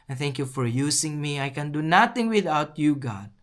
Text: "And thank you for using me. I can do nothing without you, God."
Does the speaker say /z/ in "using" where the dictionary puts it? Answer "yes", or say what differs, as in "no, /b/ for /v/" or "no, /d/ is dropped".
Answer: no, /s/ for /z/